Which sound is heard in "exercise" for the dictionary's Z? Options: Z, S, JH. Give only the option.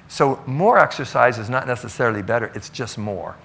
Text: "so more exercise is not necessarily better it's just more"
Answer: Z